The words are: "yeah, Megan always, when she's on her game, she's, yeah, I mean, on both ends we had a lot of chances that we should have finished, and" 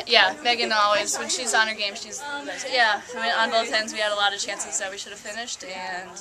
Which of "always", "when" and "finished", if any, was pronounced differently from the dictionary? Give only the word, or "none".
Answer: none